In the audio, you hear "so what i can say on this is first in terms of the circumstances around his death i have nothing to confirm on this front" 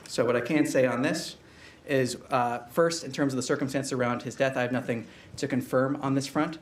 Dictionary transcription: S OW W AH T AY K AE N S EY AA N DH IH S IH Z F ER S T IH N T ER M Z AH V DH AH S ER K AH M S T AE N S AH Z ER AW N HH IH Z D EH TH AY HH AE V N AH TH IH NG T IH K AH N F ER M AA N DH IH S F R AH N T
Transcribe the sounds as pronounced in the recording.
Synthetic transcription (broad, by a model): S OW W AH T AY K AE N S EY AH N DH IH S IH Z F ER S T IH N T ER M Z AH V DH AH S ER K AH M S T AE N S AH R AW N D IH Z D EH TH AY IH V N AH TH IH NG T IH K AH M F ER M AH N DH IH S F R AH N T